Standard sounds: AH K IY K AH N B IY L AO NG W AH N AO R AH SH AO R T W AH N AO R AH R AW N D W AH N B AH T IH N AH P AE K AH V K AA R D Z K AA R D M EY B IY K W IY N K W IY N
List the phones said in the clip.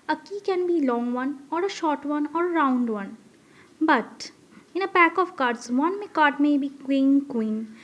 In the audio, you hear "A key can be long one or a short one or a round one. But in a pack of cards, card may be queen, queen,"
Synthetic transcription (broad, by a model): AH K IY K AH N B IY L AO NG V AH N AO R AH SH AO R T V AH N AO R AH R AW N D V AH N B AH T IH N AH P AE K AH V K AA R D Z K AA R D M EY B IY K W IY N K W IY N